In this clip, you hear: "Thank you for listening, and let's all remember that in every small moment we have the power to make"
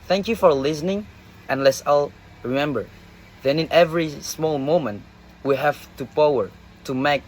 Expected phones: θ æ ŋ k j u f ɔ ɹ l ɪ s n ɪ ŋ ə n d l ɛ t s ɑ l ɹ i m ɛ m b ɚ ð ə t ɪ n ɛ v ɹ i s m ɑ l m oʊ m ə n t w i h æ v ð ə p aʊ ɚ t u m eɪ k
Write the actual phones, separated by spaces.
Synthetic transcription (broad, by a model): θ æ ŋ k j u f ɔ ɹ l ɪ s n ɪ ŋ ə n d l ɛ t s ɑ l ɹ i m ɛ m b ɚ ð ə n ɪ n ɛ v ɹ i s m ɑ l m oʊ m ə n t w i h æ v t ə p aʊ ɚ t u m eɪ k